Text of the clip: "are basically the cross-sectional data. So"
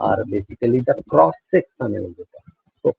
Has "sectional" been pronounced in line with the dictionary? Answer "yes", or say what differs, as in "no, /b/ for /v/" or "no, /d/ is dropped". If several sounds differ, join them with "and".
no, /s/ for /ʃ/